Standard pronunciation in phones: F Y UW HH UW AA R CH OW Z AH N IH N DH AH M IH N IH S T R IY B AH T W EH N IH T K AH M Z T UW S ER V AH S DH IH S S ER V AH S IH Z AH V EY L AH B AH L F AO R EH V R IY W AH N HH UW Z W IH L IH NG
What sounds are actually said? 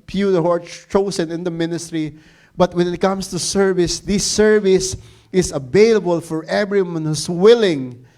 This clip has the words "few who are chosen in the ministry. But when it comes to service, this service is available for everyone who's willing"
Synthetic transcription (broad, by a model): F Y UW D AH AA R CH OW S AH N IH N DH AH M IH N IH S T R IY B AH T W EH N IH T K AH M S T UW S ER V AH S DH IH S S ER V AH S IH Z AH V EY L AH B AH L F AO R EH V R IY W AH N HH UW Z W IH L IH NG